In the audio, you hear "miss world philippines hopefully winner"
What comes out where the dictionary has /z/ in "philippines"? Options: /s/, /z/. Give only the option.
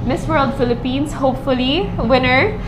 /s/